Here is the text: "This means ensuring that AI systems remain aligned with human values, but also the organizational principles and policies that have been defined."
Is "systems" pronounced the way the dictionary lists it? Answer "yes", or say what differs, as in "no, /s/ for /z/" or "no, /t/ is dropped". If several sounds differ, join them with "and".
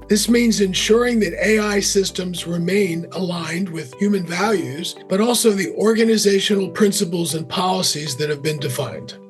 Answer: yes